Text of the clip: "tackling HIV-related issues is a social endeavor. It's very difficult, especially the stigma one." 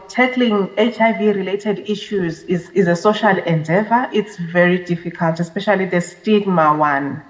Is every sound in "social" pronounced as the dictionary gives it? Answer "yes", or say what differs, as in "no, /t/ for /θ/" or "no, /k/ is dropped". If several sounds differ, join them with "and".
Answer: yes